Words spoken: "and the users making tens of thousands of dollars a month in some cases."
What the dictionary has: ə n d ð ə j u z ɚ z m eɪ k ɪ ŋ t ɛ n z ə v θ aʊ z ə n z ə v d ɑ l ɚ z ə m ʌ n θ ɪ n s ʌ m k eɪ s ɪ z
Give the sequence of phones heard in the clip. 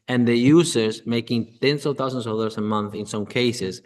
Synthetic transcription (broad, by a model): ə n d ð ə j u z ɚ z m eɪ k ɪ ŋ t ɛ n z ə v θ aʊ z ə n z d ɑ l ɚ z ə m ʌ n θ ɪ n s ʌ m k eɪ s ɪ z